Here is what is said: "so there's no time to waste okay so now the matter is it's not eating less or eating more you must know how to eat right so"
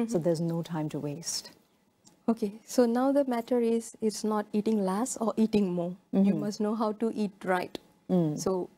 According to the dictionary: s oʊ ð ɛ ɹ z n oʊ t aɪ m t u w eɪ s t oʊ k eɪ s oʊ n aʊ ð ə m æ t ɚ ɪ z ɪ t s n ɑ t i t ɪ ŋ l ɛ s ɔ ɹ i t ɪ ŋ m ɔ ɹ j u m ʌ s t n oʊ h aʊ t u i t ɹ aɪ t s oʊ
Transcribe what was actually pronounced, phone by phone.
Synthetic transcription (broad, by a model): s oʊ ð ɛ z n oʊ t aɪ m t u w eɪ s t oʊ k eɪ s oʊ n aʊ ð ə m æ t ɚ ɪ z ɪ t s n ɑ t i t ɪ ŋ l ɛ s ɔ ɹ i t ɪ ŋ m ɔ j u m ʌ s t n oʊ h aʊ t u i t ɹ aɪ t s oʊ